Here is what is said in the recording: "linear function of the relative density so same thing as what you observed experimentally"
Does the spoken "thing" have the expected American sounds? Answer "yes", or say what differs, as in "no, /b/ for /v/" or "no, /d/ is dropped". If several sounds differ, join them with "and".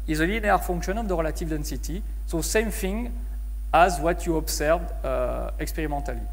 no, /f/ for /θ/